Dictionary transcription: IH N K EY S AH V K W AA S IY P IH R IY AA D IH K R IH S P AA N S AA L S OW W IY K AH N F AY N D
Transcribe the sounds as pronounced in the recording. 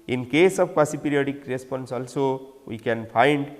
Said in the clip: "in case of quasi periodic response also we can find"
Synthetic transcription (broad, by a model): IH N K EY S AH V K W AA S IY P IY R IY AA D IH K R IH S P AA N S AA L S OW W IY K AH N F AY N D